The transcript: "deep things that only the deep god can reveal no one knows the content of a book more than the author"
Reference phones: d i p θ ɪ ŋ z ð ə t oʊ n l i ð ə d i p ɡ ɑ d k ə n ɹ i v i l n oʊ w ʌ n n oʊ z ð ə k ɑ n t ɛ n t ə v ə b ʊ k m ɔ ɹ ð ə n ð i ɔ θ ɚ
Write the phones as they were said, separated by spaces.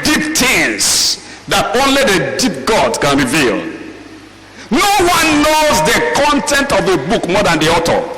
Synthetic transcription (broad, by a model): d i p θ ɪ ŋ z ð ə t oʊ n l i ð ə d i p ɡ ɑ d k ə n ɹ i v i l n oʊ w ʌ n n oʊ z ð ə k ɑ n t ɛ n t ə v ə b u k m ɔ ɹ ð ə n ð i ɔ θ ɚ